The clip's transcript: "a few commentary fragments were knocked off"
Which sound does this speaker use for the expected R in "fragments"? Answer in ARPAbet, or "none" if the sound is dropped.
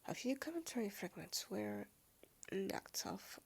R